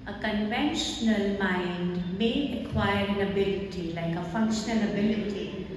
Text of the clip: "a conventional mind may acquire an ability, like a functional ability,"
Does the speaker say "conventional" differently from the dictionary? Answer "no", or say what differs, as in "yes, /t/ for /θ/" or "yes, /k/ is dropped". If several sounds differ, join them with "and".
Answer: no